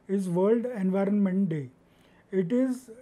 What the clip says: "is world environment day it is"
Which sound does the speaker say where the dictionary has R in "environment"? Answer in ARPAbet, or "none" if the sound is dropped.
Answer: R